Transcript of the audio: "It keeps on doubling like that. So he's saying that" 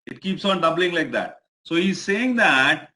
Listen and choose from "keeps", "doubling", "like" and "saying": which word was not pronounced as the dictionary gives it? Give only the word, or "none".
none